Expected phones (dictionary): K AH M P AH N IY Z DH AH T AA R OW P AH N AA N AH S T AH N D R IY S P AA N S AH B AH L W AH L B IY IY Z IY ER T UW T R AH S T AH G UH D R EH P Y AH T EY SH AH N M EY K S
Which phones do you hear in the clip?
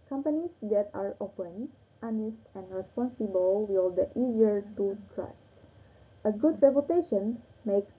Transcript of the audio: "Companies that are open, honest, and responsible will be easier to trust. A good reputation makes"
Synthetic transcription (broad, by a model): K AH M P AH N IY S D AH T AA R OW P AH N AA N AH S T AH N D R IY S P AA N S AH B AH L W AH L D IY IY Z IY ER T UW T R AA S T AH G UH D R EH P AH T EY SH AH N M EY K